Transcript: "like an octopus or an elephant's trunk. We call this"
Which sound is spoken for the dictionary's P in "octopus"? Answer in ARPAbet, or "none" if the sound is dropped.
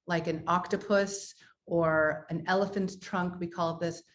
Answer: P